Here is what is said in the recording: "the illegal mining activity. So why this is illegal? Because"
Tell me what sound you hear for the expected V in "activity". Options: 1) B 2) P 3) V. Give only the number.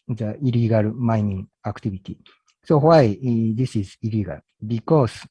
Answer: 1